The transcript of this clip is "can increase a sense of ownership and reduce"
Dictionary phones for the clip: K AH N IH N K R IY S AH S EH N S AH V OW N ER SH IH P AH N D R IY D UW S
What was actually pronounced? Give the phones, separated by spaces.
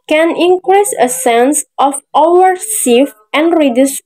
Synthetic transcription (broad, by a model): K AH N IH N K R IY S AH S EH N S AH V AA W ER S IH F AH N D R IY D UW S